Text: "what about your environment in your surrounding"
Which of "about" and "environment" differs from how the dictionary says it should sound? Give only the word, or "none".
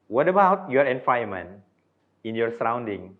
environment